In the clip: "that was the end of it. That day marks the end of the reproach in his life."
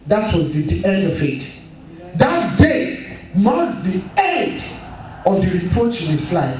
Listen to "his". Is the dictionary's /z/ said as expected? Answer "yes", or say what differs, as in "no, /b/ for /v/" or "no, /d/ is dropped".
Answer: no, /s/ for /z/